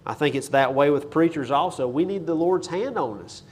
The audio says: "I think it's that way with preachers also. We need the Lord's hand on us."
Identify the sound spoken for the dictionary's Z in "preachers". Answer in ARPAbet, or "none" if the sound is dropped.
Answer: Z